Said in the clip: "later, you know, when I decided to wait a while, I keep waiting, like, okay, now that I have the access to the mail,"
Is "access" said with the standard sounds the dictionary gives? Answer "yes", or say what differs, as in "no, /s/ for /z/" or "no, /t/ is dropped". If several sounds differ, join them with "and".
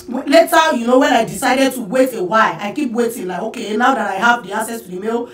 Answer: no, /k/ is dropped